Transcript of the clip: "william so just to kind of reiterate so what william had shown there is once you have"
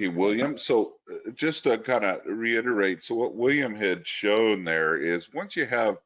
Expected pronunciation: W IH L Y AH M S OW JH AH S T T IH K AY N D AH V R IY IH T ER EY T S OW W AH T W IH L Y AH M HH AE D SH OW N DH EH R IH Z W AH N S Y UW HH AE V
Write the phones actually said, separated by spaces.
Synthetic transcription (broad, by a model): W IH L Y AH M S OW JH AH S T T IH K AY N D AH R IY IH T ER EY T S OW W AH T W IH L Y AH M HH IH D SH OW N DH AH R IH Z W AH N S Y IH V